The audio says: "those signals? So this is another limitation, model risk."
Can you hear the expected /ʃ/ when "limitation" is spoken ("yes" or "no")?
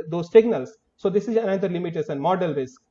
no